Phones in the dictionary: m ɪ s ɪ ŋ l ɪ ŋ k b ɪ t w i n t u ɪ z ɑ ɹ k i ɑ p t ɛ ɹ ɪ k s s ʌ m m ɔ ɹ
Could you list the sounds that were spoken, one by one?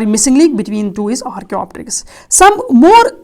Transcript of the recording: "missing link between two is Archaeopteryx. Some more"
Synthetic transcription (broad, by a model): m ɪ s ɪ ŋ l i k b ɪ t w i n t u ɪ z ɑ ɹ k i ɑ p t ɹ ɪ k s s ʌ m m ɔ ɹ